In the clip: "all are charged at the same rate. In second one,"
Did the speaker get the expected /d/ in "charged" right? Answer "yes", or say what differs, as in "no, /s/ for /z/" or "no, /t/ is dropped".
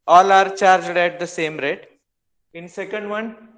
yes